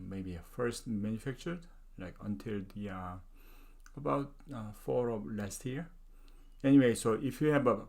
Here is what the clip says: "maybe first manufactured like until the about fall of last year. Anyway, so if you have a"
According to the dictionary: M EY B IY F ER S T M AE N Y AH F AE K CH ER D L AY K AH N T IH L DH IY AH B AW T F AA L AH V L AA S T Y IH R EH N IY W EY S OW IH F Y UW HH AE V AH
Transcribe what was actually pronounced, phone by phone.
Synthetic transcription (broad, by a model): M EY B IY F ER S T M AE N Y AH F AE K CH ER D L AY K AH N T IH L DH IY AH B AW T F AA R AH L AA S T Y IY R EH N IY W EY S OW IH F Y UW HH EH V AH